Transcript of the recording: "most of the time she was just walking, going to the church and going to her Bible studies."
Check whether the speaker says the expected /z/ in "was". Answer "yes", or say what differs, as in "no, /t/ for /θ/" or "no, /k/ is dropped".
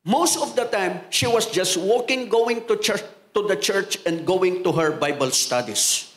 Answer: no, /s/ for /z/